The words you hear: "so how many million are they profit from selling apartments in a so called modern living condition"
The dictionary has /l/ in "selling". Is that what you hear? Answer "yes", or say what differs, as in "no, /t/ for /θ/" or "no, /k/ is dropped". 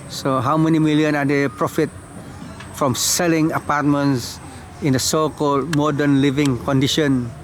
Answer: yes